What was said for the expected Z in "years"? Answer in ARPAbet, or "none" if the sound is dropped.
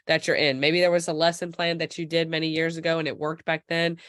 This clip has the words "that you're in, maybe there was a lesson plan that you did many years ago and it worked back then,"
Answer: Z